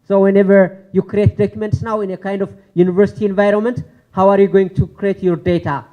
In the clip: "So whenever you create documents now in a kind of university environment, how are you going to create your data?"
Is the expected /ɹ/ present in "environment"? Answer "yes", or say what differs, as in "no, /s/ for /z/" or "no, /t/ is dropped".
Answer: yes